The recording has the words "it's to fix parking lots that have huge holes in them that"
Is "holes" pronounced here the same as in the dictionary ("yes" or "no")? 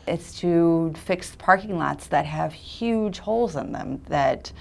yes